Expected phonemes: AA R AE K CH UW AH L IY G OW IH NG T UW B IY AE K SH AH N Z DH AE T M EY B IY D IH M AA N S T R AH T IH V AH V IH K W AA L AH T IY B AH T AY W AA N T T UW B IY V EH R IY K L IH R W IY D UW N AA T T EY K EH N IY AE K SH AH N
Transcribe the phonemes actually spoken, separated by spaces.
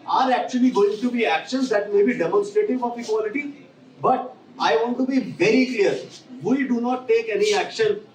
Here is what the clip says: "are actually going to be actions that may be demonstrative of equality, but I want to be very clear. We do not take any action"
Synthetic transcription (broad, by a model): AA R AE K CH UW AH L IY G OW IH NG T UW B IY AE K SH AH N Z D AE T M EY B IY D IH M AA N S T R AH T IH F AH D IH K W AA L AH T IY B AH T AY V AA N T T UW B IY V EH R IY K L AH R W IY D UW N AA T T EY K EH N IY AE K SH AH N